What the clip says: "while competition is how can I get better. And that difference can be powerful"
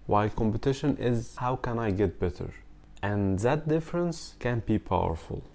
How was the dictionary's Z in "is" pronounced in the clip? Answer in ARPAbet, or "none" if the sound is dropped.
Z